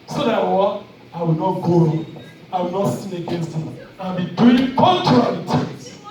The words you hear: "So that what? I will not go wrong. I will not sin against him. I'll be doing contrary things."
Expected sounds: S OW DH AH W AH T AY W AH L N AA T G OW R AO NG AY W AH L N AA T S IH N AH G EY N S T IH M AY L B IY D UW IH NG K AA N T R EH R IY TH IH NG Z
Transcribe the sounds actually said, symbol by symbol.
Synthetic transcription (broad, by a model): S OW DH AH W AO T AY W AH L N AA T G OW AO AY W AH L N AA T S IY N AH G EY N S T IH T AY N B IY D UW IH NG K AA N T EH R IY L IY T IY